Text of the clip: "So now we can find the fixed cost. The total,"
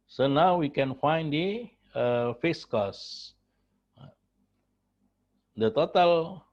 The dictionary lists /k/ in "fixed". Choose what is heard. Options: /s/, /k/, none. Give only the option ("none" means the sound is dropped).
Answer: none